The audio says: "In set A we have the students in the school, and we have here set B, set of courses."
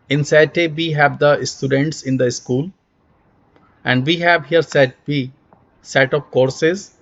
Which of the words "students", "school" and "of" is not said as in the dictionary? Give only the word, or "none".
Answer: of